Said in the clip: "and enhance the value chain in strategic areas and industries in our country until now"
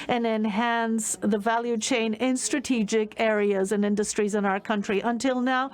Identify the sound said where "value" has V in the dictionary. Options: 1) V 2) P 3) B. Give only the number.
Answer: 1